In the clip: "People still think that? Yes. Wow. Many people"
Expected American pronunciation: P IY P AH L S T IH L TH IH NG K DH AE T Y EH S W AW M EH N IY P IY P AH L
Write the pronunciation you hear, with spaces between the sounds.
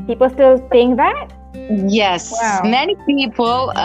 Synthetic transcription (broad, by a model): P IY P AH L S T IH L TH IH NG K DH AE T Y EH S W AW M EH N IY P IY P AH L